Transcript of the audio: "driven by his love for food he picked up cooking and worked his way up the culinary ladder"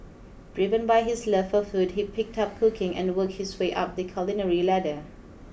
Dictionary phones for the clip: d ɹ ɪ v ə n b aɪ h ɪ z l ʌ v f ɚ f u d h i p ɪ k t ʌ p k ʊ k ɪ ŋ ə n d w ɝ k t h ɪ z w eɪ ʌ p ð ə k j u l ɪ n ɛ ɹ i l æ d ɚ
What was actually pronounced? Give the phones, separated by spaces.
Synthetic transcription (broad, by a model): d ɹ ɪ v ə n b aɪ h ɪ s l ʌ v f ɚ f u d h i p ɪ k t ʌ p k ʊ k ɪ ŋ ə n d w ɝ k t h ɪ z w eɪ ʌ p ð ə k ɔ l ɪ n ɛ ɹ i l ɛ d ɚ